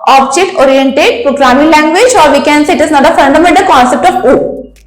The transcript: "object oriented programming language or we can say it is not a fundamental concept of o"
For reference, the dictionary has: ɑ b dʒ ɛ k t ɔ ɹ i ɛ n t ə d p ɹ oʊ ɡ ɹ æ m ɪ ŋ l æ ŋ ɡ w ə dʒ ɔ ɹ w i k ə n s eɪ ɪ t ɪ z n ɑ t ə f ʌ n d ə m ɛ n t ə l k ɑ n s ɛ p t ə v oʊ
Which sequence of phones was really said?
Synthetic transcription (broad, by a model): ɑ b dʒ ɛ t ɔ ɹ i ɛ n t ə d p ɹ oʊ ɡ ɹ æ m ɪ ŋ l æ ŋ ɡ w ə dʒ ɔ ɹ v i k ə n s eɪ ɪ t ɪ z n ɑ t ə f ʌ n d ə m ɛ n t ə l k ɑ n s ɛ p t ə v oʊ